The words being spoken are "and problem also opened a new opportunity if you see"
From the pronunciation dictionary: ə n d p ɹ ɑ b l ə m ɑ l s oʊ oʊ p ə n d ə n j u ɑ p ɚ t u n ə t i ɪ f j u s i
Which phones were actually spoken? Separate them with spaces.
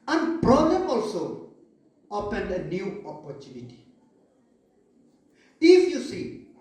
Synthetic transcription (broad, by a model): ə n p ɹ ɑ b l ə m ɑ l s oʊ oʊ p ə n ə n j u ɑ p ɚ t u n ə t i ɪ f j u s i